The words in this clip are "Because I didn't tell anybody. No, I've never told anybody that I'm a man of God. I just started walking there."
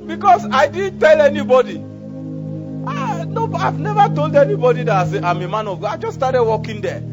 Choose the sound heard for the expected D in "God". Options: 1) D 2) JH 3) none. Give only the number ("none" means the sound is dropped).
3